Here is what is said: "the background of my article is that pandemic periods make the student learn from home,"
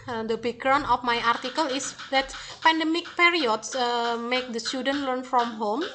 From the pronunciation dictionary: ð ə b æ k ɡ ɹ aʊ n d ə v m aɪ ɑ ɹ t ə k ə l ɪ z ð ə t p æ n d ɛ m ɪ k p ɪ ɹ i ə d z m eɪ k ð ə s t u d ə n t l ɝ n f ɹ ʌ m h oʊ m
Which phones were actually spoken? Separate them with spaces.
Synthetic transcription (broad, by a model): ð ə b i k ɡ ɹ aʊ n ə f m aɪ ɑ ɹ t ə k ə l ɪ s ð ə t p æ n d ɛ m ɪ k p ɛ ɹ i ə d s m eɪ k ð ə s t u d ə n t l ɝ n f ɹ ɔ m h oʊ m